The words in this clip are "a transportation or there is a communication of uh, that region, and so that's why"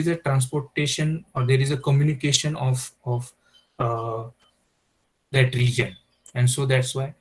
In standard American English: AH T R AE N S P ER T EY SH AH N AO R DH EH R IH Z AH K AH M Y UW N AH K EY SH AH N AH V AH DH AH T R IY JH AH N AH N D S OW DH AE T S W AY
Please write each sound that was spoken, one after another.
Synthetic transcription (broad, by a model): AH T R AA N S P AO T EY SH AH N AO R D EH R IH Z AH K AH M Y UW N AH K EY SH AH N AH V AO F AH T R IY JH AH N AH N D S OW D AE T S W AY